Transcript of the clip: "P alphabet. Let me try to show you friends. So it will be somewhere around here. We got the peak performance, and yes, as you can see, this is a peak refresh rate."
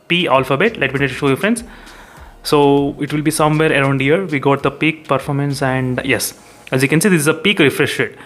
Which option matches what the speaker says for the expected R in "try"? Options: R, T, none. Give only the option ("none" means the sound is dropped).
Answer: none